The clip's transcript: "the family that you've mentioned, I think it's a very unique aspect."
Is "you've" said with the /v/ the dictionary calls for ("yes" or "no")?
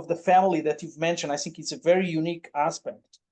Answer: yes